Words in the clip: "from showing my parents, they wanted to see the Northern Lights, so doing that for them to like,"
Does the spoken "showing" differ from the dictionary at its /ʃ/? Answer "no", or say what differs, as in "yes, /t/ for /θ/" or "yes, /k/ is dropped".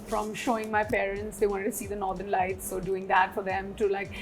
no